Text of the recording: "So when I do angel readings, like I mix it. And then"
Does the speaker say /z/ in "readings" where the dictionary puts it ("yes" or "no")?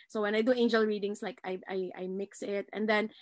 no